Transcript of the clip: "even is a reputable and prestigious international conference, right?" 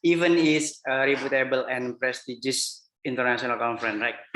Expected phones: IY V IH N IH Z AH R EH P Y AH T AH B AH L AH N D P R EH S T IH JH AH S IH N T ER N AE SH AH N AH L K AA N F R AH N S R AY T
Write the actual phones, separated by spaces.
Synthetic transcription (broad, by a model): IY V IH N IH S AH R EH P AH T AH B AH L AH N P R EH S T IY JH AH S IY N T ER N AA S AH N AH L K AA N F R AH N R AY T